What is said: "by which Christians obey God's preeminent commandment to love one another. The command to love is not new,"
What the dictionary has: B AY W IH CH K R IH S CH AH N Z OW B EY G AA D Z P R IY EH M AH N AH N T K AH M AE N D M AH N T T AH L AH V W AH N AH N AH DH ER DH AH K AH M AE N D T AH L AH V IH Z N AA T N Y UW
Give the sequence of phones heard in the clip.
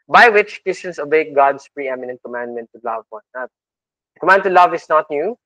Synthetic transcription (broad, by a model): B AY W IH CH K R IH S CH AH N S OW B EY G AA D S P R IY EH M AH N AH N T K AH M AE N D M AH N T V L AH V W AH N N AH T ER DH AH K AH M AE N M T AH L AH V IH S N AA T N Y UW